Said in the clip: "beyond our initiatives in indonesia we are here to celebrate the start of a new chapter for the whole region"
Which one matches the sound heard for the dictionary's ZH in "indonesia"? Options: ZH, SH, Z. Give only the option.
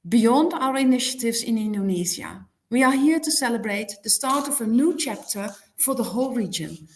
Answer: Z